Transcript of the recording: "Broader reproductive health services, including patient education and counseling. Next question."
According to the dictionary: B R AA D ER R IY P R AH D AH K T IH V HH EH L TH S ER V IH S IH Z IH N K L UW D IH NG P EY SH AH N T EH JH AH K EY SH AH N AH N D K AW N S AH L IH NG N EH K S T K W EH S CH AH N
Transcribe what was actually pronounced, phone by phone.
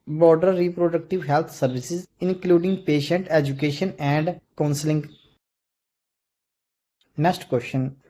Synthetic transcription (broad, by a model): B R D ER R IY P R AH D AH K T IH V HH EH L T S ER V IH S IH Z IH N K L UW D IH NG P EY SH AH N T EH JH AH K EY SH AH N AH N D K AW N S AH L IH NG N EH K S T K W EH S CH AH N